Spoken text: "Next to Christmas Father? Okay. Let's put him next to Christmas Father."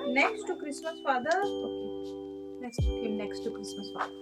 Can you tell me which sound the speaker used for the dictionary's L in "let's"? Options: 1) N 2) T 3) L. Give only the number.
1